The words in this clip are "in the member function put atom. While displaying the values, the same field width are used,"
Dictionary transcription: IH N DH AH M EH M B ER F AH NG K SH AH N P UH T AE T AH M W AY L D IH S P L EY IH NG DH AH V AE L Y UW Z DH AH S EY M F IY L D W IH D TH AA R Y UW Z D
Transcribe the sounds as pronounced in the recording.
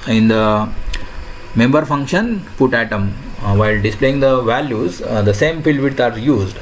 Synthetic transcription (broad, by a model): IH N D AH M EH M B ER F AH NG K SH AH N P UH T AE T AH M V AY L D IH S P L EY IH NG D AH V AE L Y UW Z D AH S EY M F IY L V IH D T AA R Y UW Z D